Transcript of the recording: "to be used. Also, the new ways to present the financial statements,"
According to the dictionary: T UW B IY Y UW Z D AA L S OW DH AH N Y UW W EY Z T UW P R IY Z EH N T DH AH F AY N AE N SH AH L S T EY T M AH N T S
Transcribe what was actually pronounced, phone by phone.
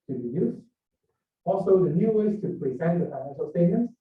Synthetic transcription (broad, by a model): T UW B IY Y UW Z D AA L S OW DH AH N Y UW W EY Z T UW P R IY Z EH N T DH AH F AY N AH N S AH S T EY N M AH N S